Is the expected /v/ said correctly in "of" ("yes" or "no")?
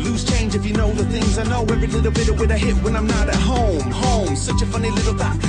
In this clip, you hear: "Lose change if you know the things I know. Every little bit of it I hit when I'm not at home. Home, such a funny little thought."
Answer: no